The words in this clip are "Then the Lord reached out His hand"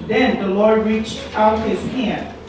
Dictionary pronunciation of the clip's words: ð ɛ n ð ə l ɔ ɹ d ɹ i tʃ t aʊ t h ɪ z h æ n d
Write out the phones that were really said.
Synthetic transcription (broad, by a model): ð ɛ n ð ə l ɔ ɹ d ɹ i tʃ t aʊ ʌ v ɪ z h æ n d